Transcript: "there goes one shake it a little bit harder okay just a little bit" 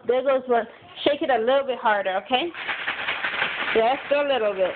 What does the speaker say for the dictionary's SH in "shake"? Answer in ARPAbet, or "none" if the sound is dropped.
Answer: SH